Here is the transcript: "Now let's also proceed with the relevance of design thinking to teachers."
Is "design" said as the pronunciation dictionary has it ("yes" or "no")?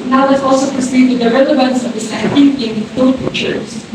no